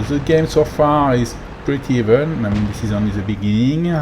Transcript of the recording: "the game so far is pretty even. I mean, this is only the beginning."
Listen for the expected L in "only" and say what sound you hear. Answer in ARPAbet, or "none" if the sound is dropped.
none